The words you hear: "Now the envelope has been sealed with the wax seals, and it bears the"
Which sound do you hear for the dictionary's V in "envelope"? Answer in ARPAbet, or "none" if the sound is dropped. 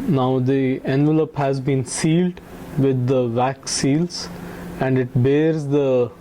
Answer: V